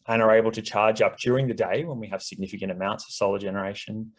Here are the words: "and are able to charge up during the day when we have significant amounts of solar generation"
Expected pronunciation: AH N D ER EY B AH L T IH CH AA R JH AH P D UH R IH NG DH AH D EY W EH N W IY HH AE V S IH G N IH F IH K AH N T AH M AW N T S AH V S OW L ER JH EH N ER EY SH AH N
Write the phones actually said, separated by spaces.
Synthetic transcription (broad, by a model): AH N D ER EY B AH L T IH CH AA R JH AH P D UH R IH NG DH AH D EY W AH N W IY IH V S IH G N IH F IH K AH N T AH M AW N T S AH V S OW L ER JH EH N ER EY SH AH N